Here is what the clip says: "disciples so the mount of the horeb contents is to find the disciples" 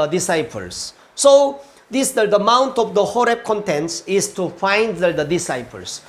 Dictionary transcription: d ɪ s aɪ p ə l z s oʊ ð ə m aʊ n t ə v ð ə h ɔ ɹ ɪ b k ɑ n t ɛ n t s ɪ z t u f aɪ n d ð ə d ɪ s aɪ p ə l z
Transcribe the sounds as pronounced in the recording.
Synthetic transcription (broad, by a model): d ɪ s aɪ p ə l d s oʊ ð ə m aʊ n t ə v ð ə h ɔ ɹ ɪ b k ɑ n t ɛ n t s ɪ s t u f aɪ n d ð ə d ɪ s aɪ p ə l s